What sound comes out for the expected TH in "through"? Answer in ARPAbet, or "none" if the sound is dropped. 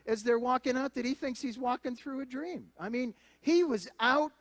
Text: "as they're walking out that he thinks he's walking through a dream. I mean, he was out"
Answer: TH